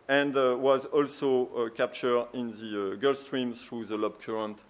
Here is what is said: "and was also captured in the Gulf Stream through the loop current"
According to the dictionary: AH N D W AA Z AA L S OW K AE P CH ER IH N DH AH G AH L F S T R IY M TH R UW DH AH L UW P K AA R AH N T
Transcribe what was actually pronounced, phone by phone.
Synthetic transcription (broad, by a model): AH N D W AA Z AA L S OW K AE P CH ER IH N DH AH G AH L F S T R IY M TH R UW DH AH L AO B K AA R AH N T